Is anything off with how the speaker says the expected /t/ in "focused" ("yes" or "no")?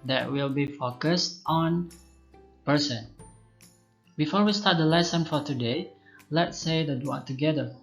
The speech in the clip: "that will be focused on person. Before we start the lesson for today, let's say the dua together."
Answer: no